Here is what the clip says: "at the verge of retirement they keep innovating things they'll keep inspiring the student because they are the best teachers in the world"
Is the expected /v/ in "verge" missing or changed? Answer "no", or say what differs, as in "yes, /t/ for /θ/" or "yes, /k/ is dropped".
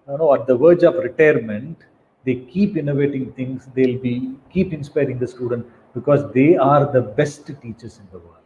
no